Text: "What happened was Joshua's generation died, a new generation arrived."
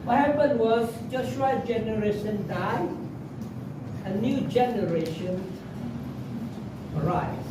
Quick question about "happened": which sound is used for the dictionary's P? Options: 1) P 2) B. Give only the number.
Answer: 2